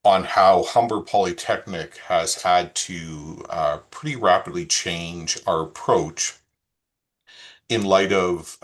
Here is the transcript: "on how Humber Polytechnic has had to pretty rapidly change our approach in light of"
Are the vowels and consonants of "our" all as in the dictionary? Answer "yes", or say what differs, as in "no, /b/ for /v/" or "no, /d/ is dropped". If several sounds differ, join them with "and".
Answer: yes